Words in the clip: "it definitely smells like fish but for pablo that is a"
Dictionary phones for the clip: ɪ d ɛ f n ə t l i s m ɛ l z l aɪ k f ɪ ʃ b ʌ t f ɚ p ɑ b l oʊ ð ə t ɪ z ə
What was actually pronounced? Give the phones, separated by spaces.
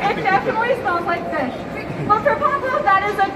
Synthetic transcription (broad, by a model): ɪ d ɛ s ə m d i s ɑ n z l aɪ k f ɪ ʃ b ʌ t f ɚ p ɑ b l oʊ ð ə t ɪ z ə